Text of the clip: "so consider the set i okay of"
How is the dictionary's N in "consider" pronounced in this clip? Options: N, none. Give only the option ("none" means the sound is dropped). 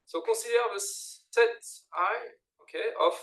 none